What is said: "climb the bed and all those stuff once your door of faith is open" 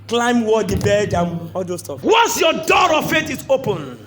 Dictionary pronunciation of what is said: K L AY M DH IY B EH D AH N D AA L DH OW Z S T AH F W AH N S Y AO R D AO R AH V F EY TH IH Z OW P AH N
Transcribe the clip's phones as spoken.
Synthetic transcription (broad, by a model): K L AY M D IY B EH D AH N AA L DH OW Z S T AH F W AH N S Y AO D AO R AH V F EY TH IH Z OW P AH N